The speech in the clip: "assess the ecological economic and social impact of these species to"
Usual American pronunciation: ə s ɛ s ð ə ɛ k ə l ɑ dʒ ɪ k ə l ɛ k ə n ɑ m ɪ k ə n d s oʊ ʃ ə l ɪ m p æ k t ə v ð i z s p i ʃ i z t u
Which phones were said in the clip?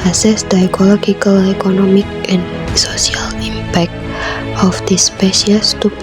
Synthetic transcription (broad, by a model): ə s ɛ s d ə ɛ k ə l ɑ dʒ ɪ k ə l ɛ k ə n ɑ m ɪ k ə n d s oʊ s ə l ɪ m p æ k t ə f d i s p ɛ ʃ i s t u